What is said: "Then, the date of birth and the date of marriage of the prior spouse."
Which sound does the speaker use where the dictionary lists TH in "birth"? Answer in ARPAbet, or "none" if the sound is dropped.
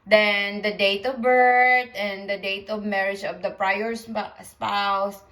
T